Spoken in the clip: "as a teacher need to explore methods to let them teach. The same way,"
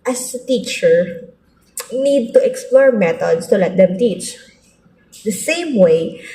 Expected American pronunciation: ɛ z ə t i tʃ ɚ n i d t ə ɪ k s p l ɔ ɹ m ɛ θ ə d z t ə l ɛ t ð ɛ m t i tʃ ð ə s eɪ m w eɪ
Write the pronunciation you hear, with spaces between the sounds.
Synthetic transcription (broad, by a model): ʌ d ə t i tʃ ɚ n i d t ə ɪ k s p l ɔ ɹ m ɛ t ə d s t ə l ɛ t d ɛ m t i tʃ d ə s eɪ m w eɪ